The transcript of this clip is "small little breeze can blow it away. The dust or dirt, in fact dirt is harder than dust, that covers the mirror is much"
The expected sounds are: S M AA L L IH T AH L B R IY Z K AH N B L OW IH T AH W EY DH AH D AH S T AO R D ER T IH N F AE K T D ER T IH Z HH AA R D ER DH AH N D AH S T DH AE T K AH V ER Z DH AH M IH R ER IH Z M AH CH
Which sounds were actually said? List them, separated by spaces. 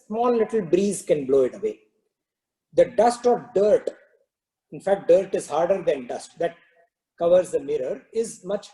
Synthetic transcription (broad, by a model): S M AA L L IH T AH L B R IY Z K AH N B L OW IH T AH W EY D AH D AH S T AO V D ER T IH N F AE K T D ER T IH Z HH AA R D ER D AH N D AH S T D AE T K AH V ER Z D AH M IH R ER IH Z M AH CH